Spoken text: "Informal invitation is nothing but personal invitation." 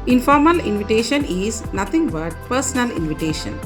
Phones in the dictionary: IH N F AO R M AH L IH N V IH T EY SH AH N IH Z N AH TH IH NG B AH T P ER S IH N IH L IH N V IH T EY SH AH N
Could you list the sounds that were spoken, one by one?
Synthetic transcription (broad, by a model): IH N F AO R M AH L IH N V IH T EY SH AH N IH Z N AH T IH NG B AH T P ER S IH N IH L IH N V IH T EY SH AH N